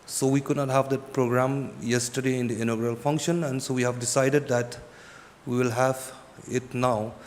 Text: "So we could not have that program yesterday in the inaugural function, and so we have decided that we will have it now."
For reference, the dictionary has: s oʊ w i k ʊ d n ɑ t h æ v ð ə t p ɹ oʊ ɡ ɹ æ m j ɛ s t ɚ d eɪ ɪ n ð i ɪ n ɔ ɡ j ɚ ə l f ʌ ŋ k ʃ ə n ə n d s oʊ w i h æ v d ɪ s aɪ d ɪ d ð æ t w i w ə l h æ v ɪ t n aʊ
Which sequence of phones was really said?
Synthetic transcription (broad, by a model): s oʊ w i k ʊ d n ɑ t h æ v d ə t p ɹ oʊ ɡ ɹ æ m j ɛ s t ɚ d eɪ ɪ n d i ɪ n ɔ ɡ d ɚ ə l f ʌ ŋ k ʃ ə n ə n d s oʊ w i h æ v d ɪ s aɪ d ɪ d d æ t w i w ə l h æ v ɪ t n aʊ